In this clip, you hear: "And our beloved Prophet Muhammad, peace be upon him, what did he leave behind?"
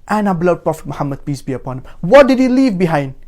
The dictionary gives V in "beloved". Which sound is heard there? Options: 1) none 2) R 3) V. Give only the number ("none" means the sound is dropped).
1